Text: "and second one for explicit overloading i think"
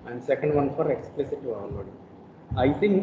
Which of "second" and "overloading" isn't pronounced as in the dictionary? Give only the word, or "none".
overloading